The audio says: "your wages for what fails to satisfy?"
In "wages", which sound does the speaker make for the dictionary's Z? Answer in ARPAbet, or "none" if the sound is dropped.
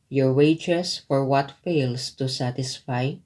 S